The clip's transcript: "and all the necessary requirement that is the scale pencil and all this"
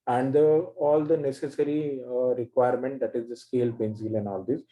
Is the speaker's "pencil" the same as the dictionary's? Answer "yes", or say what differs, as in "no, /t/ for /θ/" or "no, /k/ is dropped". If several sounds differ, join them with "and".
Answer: no, /b/ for /p/